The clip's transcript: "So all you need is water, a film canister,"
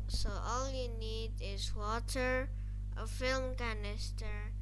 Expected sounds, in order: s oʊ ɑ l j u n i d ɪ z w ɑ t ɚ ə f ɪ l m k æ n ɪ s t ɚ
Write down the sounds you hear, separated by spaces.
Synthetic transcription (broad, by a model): s oʊ ɑ l j u n i d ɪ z w ɑ t ɚ ə f ɪ l m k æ n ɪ s t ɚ